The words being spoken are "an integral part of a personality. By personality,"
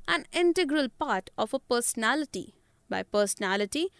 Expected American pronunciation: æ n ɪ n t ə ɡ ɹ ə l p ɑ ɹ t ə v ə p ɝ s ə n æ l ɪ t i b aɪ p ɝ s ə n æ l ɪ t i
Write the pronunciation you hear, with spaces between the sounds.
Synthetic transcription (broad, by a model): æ n ɪ n t ə ɡ ɹ ə l p ɑ ɹ t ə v ə p ɝ s ə n æ l ɪ t i b aɪ p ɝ s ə n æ l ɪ t i